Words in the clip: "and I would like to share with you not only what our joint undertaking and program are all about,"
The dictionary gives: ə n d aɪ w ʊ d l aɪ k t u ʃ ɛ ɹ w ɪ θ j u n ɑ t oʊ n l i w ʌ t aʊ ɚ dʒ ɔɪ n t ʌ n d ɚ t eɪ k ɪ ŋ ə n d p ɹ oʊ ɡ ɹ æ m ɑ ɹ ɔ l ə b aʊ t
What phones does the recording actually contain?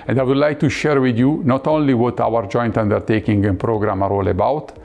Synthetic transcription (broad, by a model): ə n d aɪ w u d l aɪ k t u ʃ ɛ ɹ w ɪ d j u n ɑ t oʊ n l i w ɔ t aʊ ɚ dʒ ɔɪ n t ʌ n d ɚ t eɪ k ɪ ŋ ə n p ɹ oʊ ɡ ɹ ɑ m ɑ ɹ ɔ l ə b aʊ t